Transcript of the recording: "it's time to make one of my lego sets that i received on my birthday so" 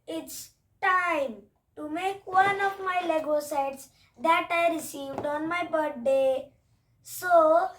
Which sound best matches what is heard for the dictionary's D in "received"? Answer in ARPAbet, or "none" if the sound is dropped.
D